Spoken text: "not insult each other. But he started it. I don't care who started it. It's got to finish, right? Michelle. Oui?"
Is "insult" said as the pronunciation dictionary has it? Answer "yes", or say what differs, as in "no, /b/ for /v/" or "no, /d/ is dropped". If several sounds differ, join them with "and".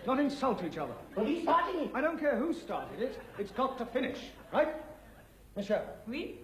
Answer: yes